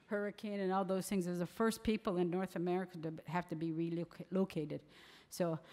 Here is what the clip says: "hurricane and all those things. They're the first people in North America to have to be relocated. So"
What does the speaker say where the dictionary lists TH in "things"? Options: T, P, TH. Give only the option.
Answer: TH